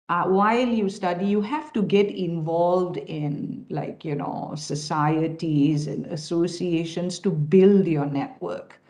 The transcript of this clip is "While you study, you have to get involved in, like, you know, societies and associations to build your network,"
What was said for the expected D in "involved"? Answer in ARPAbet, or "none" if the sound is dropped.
D